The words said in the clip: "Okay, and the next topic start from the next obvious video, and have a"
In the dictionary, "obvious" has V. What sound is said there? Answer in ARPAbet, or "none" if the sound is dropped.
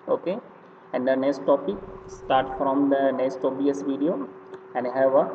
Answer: none